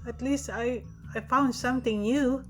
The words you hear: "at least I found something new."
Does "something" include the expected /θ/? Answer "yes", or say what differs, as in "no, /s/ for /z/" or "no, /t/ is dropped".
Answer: no, /t/ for /θ/